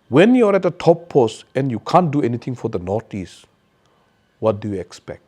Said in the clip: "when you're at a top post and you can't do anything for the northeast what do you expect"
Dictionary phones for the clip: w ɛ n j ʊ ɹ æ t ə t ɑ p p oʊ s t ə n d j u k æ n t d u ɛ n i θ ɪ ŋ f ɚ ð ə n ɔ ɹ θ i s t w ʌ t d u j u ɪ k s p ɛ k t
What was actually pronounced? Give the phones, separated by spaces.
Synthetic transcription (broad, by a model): w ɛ n j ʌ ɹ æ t ə t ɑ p p oʊ s t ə n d j u k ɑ n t d u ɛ n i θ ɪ ŋ f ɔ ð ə n ɔ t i s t w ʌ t d u j u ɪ k s p ɛ k t